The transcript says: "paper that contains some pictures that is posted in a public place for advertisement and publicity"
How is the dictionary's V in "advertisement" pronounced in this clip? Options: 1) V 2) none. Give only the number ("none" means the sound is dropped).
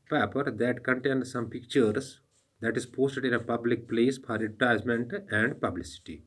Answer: 2